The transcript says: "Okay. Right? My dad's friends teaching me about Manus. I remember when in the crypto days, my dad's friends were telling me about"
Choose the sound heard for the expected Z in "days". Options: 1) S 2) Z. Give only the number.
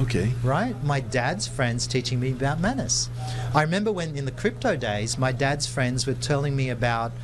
2